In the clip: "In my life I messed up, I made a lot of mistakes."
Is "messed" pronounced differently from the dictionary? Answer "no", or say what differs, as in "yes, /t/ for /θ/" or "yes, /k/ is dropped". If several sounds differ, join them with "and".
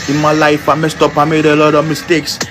no